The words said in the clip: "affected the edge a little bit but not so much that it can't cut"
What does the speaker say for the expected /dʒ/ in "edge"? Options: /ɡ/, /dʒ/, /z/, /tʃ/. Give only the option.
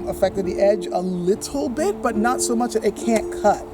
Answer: /dʒ/